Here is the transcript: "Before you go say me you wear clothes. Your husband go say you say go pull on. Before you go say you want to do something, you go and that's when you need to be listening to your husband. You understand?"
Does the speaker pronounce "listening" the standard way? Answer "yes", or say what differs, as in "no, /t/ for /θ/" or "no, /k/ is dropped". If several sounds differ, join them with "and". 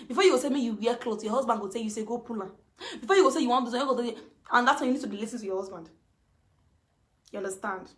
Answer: no, /n/ is dropped